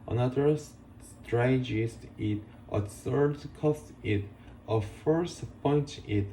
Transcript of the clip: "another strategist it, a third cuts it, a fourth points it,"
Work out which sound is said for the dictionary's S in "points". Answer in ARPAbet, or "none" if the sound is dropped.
none